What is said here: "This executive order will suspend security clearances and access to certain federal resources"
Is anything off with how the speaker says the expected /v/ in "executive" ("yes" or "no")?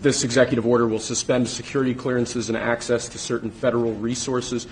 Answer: no